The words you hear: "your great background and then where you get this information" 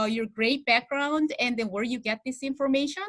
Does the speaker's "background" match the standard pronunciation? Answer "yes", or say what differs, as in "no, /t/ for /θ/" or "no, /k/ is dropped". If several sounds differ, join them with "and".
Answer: yes